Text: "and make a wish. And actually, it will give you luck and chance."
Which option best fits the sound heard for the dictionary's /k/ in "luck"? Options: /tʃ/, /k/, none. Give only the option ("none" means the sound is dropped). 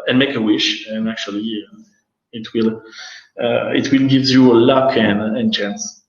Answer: /k/